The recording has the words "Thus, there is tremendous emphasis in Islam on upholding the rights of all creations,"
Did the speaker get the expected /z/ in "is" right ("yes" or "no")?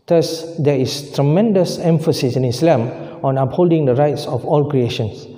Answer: no